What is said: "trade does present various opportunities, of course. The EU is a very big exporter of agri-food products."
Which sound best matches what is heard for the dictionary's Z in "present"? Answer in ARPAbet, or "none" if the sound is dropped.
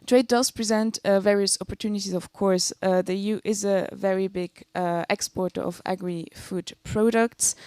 Z